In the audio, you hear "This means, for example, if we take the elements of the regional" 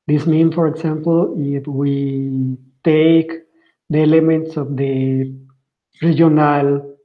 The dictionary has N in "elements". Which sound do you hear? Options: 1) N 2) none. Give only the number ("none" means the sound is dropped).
1